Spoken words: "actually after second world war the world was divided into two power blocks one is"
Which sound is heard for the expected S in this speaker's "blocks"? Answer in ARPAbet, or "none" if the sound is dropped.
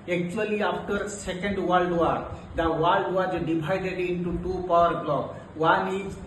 none